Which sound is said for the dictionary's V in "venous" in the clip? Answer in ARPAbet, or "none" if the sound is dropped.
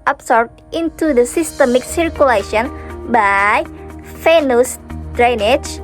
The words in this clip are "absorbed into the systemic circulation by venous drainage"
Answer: F